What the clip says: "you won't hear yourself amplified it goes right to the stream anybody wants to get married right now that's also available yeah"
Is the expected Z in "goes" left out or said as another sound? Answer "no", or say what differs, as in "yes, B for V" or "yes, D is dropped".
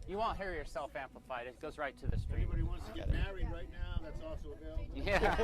no